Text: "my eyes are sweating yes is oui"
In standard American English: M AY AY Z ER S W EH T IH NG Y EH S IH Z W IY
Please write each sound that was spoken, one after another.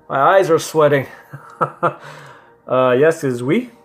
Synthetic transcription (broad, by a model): M AY AY Z ER S W EH T IH NG Y EH S IH Z W IY